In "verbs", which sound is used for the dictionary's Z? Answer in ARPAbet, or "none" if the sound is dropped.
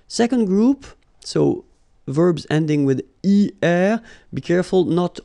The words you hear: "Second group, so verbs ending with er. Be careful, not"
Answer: Z